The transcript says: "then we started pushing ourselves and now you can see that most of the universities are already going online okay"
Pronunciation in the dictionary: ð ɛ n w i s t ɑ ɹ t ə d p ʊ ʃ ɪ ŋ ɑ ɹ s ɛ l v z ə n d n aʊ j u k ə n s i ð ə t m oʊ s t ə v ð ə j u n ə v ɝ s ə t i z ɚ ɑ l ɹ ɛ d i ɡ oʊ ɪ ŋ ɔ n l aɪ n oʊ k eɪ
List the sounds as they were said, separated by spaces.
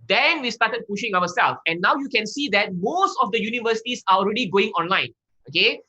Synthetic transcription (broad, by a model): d ɛ n w i s t ɑ t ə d p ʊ ʃ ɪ ŋ ɑ w s ɛ l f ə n n aʊ j u k ə n s i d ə t m oʊ s t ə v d ə j u n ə v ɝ s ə t i s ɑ ɑ l ɹ ɛ d i ɡ oʊ ɪ ŋ ɔ n l aɪ n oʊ k eɪ